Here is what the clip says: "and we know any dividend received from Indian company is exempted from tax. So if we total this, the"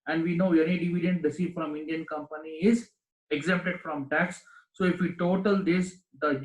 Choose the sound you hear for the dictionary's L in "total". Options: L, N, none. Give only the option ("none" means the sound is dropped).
L